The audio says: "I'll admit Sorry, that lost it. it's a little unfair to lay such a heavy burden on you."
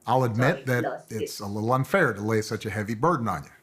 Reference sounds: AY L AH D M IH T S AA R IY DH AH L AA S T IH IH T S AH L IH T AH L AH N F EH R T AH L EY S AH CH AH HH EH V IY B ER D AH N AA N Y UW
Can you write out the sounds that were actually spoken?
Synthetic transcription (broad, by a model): AY L AH D M IH T DH AH T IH IH T S AH L IH T L AH N F EH R T AH L EY S AH CH AH HH EH V IY B ER D N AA N Y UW